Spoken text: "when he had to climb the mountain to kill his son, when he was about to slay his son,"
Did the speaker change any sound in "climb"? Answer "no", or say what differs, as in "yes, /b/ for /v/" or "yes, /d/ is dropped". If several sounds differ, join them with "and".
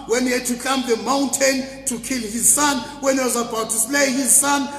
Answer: yes, /l/ is dropped